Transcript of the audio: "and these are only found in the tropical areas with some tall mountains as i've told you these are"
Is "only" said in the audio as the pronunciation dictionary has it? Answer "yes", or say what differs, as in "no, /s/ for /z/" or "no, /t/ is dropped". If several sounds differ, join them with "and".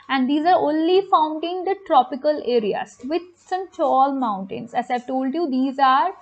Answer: yes